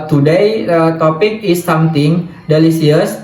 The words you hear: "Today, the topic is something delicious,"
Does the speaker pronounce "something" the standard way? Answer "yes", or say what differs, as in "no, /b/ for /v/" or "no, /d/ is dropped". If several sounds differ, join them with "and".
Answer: no, /t/ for /θ/